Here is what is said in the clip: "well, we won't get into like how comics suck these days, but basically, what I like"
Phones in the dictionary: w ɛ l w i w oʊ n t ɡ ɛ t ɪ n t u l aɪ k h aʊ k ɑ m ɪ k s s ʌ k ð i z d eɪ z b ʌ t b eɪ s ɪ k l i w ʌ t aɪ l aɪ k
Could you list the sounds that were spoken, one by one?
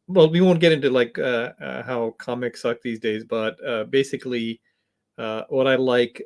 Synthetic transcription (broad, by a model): w ɛ l w i w oʊ n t ɡ ɛ t ɪ n t u l aɪ k h aʊ k ɑ m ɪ k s s ʌ k ð i z d eɪ z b ʌ t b eɪ s ɪ k l i w ʌ t aɪ l aɪ k